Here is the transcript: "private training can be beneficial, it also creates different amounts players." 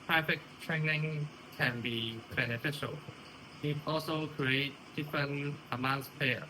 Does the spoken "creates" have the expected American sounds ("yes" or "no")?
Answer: no